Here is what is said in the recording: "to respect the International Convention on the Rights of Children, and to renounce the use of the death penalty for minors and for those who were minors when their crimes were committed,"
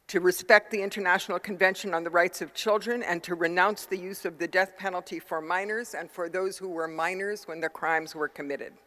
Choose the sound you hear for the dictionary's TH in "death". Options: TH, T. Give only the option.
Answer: TH